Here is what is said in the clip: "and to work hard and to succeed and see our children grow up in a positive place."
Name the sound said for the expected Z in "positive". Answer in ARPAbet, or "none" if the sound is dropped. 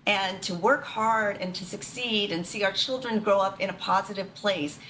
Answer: Z